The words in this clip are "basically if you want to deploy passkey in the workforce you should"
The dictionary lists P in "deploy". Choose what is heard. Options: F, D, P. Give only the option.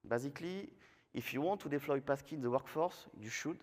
F